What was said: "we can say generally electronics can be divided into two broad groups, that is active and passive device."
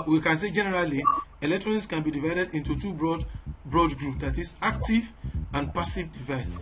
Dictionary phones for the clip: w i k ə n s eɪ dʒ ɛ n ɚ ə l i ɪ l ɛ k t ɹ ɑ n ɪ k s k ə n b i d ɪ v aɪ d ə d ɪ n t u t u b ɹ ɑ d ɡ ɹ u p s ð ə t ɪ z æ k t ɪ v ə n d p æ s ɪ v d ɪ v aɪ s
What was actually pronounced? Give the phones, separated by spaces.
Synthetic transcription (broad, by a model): w i k ə n s eɪ dʒ ɛ n ɚ ə l i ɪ l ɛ k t ɹ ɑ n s k ə n b i d ɪ v aɪ d ə d ɪ n t u t u b ɹ ɑ d ɡ ɹ u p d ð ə t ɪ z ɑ k t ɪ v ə n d p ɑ s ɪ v d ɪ v aɪ s